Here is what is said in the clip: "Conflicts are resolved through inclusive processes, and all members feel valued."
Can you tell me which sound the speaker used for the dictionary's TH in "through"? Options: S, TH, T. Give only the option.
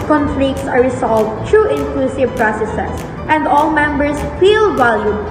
T